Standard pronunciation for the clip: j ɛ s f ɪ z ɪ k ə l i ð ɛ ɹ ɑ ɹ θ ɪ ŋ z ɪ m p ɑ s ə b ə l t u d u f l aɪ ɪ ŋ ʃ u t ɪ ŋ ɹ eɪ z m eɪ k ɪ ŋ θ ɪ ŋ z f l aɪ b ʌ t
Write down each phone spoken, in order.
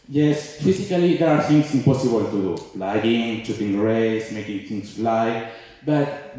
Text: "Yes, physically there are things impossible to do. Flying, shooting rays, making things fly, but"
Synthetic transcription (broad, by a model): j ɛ s f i s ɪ k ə l i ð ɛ ɹ ɑ ɹ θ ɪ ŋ s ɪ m p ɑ s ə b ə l t u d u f l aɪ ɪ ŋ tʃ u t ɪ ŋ ɹ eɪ s m eɪ k ɪ ŋ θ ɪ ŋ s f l aɪ b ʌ t